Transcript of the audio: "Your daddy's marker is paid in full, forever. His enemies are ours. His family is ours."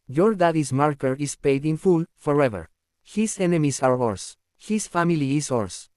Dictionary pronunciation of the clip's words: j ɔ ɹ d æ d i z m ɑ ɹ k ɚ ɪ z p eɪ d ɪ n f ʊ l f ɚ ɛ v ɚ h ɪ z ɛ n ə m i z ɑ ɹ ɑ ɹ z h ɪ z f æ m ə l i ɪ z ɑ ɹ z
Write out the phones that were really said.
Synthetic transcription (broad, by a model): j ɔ ɹ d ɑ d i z m ɑ ɹ k ɚ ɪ s p eɪ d ɪ n f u l f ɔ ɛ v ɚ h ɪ s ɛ n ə m i s ɑ ɹ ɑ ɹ s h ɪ s f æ m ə l i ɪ s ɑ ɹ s